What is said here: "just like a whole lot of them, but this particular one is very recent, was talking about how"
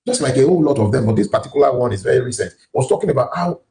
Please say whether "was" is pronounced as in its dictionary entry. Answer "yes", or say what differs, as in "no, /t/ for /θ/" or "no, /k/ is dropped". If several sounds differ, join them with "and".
no, /s/ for /z/